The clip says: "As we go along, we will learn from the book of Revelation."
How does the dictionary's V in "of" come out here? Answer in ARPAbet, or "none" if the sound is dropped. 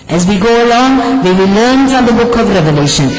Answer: V